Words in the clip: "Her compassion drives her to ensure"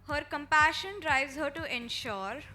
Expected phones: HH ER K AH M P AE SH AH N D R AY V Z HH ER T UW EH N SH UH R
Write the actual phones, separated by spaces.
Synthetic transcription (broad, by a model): HH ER K AH M P AE SH AH N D R AY Z HH ER T UW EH N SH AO R